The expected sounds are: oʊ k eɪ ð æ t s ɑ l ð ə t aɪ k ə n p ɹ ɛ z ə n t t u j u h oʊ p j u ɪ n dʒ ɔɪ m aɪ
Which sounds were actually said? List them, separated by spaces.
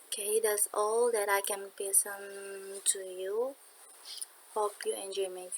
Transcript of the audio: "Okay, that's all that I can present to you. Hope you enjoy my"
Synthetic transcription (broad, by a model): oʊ k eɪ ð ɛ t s ɑ l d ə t aɪ k ə n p ɛ s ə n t t u j u h oʊ p j u ɪ n dʒ ɔɪ m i